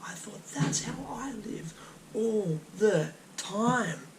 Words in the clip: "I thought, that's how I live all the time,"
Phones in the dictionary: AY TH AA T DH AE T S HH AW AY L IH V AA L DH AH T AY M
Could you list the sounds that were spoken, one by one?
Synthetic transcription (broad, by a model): AY TH AA T DH AE T S HH AW AY L IH V AA L DH AH T AY M